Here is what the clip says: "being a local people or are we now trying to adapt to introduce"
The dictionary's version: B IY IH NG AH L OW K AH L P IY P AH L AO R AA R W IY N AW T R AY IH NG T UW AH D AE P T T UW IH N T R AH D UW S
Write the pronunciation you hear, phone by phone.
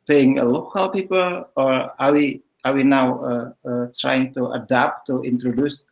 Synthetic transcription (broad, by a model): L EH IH NG AH L OW K AH L P IY P AH L AO R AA W W IY N AW T R AY IH NG T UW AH D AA P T T UW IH N T R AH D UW S